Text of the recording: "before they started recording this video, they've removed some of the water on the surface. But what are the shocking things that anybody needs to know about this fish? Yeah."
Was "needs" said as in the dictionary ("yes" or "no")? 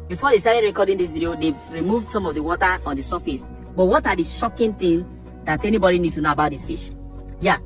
no